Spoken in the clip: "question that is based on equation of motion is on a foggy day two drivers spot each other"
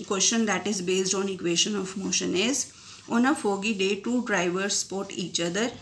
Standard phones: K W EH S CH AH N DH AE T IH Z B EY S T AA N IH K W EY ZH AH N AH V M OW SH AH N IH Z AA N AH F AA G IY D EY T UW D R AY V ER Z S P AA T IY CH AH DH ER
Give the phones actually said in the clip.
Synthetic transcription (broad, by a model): K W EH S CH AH N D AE T IH Z B EY S T AA N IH K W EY SH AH N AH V M OW SH AH N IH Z AA N AH F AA G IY D EY T UW D R AY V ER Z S P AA T IY CH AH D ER